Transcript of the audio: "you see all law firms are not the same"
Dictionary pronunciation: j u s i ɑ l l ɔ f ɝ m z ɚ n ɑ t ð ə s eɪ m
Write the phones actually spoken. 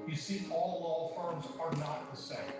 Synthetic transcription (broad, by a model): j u s i ɑ l l ɔ f ɝ m z ɚ n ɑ t ð ə s eɪ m